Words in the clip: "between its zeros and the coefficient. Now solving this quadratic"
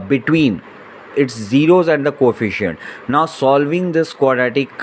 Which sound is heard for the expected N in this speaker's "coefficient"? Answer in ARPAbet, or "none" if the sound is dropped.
N